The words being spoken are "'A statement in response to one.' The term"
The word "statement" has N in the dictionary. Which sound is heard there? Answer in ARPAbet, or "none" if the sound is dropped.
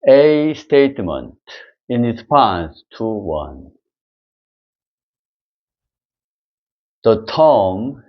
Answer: N